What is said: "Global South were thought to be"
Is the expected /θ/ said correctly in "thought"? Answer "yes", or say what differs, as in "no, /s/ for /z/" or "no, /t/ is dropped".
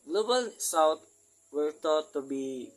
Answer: no, /t/ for /θ/